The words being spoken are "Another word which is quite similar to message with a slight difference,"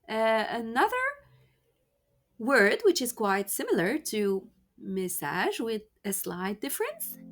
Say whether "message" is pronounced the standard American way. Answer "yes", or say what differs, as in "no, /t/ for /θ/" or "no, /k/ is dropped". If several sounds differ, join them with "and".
no, /ʒ/ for /dʒ/